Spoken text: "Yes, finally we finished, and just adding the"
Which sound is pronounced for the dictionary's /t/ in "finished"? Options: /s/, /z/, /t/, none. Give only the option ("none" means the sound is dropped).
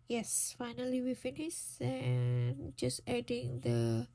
none